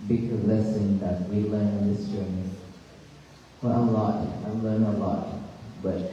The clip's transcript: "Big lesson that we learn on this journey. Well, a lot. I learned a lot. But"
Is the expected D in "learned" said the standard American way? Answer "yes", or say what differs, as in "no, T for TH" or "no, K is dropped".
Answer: no, D is dropped